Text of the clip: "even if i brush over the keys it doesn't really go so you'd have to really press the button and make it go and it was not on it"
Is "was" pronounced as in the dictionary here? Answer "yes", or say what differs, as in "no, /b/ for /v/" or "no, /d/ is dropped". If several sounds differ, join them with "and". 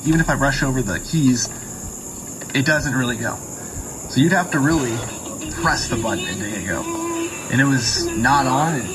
yes